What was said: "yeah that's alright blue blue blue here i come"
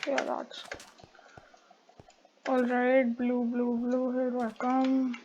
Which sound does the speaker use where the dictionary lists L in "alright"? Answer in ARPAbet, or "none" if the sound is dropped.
L